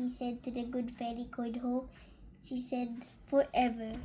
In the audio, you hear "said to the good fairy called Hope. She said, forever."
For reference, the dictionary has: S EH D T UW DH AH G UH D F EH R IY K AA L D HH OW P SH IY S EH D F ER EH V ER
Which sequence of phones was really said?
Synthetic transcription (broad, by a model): S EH D T UW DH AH G UH D F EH L IY K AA D HH OW P SH IY S EH D F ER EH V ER